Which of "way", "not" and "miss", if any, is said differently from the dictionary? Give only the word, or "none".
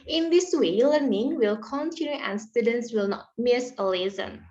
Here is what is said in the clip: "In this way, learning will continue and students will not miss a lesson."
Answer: none